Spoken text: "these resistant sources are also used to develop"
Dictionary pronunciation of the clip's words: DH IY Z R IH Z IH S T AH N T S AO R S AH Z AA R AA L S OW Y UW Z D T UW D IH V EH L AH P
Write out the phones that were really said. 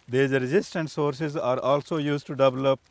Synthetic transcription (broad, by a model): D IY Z R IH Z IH S T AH N T S AO R S AH Z AA R AA L S OW Y UW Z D T UW D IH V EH L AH P